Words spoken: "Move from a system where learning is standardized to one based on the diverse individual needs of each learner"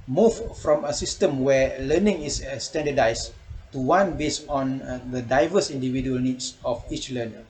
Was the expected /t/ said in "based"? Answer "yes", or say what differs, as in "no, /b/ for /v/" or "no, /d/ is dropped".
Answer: no, /t/ is dropped